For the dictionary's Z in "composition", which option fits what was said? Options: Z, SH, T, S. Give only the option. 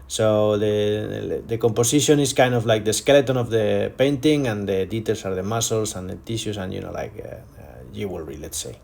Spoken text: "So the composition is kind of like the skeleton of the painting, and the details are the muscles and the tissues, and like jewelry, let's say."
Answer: S